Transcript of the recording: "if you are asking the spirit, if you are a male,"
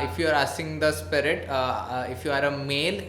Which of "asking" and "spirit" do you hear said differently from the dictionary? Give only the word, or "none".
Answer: asking